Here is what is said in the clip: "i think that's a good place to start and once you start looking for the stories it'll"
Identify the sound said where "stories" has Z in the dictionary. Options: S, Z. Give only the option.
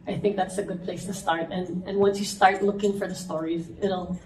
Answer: Z